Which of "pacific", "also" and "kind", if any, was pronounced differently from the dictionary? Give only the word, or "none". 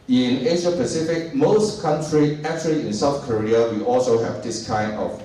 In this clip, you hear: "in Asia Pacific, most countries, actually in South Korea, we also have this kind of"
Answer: none